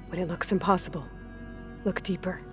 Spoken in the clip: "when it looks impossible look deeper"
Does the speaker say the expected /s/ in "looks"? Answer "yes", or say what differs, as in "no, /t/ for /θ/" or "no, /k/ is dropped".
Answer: yes